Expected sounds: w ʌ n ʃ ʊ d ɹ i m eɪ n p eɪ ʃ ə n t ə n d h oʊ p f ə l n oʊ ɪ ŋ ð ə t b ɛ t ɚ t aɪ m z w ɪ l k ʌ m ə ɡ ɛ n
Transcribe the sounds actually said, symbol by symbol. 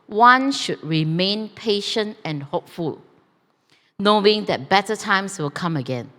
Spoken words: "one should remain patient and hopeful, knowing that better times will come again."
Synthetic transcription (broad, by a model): w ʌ n ʃ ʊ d ɹ i m eɪ n p eɪ ʃ ə n t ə n h oʊ p f ə l n oʊ ɪ ŋ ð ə t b ɛ t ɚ t aɪ m s w ɪ l k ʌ m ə ɡ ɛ n